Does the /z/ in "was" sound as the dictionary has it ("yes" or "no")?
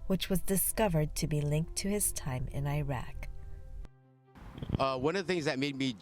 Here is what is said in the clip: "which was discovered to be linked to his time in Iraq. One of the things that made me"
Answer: yes